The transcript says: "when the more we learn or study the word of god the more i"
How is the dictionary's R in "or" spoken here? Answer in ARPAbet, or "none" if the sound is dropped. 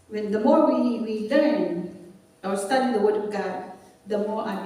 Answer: W